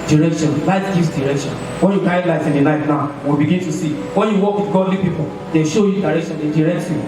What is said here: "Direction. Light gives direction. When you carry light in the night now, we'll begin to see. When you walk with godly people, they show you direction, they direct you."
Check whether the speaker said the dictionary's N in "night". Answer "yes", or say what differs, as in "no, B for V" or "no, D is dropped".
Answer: no, L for N